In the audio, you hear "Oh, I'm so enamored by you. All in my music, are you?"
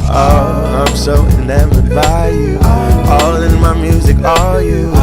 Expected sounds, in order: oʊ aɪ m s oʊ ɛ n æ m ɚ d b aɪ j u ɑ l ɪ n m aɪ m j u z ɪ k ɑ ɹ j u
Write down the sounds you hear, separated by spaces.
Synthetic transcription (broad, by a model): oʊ aɪ m s oʊ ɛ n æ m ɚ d b aɪ j u ɑ l ɪ n m aɪ m j u z ɪ k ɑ l j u